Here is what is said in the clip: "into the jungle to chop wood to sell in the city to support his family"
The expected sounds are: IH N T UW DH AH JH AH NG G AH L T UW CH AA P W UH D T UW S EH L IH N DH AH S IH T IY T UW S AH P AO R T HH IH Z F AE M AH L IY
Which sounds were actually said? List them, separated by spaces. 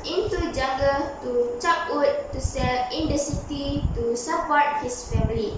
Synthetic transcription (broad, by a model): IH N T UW JH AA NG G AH T UW CH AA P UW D T UW S EH L IH N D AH S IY T IY T UW S AH P AO R T HH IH S F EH M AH L IY